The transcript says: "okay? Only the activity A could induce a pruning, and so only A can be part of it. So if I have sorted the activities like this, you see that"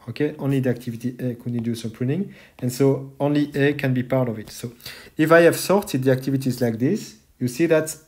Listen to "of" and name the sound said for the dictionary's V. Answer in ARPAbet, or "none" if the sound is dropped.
V